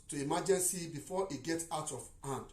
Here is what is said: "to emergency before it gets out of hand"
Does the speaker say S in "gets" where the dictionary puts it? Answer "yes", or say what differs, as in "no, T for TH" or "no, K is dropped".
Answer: no, S is dropped